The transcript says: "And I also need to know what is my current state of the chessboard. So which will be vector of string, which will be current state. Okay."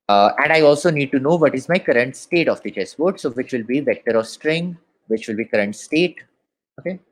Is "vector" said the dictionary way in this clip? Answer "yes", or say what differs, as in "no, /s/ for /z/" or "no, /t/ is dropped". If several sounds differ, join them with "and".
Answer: yes